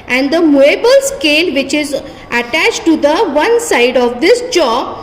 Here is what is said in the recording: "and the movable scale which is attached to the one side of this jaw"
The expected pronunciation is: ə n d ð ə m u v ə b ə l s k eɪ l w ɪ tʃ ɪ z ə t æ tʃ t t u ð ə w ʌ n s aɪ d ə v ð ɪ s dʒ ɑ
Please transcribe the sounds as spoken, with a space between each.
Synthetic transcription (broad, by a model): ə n d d ə m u ə b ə l s k eɪ l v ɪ tʃ ɪ z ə t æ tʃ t t u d ə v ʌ n s aɪ d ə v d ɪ s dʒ ɑ